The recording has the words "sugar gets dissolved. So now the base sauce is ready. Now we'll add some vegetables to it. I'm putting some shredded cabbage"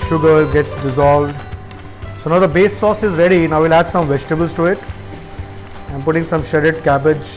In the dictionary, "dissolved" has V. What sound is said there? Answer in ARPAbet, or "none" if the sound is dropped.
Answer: V